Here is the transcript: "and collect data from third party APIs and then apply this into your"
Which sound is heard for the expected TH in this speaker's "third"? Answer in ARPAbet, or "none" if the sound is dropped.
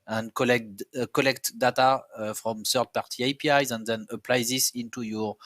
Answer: S